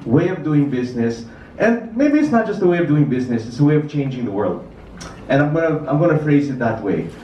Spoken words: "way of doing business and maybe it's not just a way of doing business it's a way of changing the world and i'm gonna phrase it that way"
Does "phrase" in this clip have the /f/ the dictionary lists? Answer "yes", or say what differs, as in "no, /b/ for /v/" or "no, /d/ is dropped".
yes